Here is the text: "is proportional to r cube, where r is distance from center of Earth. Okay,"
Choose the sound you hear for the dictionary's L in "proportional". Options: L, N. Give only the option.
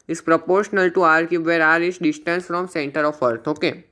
L